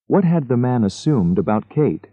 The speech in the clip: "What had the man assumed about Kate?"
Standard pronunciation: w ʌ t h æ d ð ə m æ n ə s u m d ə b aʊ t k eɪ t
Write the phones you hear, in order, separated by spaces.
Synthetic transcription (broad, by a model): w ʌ t h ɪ d ð ə m æ n ə s u m d ə b aʊ t k eɪ t